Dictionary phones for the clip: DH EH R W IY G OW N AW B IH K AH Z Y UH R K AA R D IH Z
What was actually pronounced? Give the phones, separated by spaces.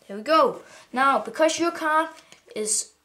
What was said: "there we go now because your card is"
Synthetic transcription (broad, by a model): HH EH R W IY G OW N AW B IH K AH Z Y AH R K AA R IH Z